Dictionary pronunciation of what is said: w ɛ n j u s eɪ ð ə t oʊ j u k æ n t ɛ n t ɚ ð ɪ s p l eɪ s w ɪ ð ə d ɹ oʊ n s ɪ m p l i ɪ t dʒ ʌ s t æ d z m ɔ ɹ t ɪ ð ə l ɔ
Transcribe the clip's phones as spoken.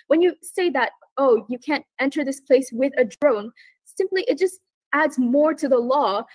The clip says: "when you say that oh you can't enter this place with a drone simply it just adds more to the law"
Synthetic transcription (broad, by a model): w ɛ n j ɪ s eɪ ð ə t oʊ j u k æ n t ɛ n t ɚ ð ɪ s p l eɪ s w ɪ ð ə d ɹ oʊ n s ɪ m p l i ɪ t dʒ ʌ s t æ d z m ɔ ɹ t ɪ ð ə l ɔ